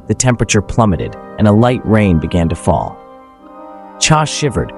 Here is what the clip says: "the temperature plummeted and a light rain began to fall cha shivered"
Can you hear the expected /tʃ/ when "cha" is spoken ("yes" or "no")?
yes